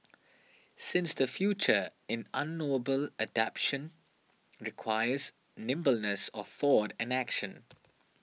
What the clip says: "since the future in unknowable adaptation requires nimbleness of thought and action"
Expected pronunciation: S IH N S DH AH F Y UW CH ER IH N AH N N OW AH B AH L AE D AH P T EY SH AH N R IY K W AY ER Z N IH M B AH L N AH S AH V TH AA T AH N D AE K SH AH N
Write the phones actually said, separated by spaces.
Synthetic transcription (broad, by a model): S IH N S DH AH F Y UW CH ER IH N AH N N OW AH B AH L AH D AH P SH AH N R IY K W AY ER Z N IH M B AH L N AH S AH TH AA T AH N AE K SH AH N